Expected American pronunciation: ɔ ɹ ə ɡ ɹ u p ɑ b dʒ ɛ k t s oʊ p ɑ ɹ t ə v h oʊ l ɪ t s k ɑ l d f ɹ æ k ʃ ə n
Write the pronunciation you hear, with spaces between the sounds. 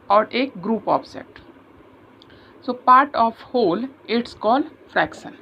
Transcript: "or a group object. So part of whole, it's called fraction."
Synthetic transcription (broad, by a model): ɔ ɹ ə ɡ ɹ u p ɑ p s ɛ t s oʊ p ɑ ɹ t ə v h oʊ l ɪ t s k ɑ l d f ɹ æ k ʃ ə n